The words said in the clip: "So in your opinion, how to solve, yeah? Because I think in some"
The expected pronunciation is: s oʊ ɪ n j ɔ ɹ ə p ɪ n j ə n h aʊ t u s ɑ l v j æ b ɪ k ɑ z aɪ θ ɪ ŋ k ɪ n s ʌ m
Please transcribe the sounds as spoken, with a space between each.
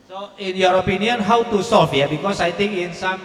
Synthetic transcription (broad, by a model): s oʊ ɪ n j ɔ ɹ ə p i n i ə n h aʊ t u s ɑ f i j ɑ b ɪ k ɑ s aɪ t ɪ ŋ ɪ n s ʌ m